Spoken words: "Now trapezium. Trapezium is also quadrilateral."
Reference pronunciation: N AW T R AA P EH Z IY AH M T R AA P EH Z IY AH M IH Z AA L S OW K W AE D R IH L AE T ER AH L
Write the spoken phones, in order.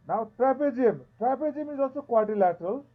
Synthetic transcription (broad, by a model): N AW T R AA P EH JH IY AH M T R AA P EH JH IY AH M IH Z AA S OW K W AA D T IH L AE T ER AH L